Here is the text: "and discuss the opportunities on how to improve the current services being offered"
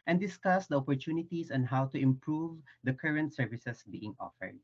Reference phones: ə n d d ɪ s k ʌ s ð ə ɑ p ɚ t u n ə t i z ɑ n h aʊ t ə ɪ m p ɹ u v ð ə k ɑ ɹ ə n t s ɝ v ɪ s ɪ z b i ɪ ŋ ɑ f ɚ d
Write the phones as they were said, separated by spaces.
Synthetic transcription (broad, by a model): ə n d d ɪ s k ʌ s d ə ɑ p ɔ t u n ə t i s ɑ n h aʊ t ə ɪ m p ɹ u v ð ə k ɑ ɹ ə n t s ɝ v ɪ s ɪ s b i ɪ ŋ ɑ f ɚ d